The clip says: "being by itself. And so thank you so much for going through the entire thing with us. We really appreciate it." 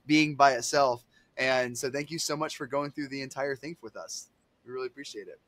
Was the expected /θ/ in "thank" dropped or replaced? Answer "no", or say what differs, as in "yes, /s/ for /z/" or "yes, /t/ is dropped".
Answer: no